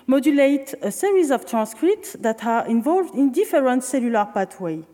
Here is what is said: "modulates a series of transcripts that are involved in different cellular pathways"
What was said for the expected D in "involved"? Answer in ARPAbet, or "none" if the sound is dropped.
D